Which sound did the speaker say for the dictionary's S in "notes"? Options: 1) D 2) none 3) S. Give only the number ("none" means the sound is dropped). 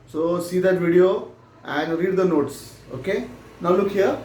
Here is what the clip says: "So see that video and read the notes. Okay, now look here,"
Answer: 3